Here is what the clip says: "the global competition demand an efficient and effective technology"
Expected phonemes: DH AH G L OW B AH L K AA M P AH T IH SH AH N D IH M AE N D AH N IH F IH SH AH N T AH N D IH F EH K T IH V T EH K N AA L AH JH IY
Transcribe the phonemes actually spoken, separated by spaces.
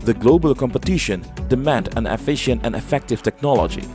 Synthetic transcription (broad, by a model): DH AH G L OW B AH L K AA M P AH T IH SH AH N D IH M AE N D AH N IH F IH SH AH N T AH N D IH F EH K T IH V T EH K N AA L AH JH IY